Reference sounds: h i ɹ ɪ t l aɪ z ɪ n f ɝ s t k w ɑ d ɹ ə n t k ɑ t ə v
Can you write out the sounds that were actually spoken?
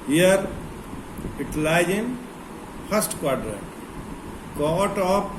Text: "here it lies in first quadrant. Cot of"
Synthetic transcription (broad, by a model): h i ɹ ɪ t l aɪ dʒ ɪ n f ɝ s t k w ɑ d ɹ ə t k ɑ t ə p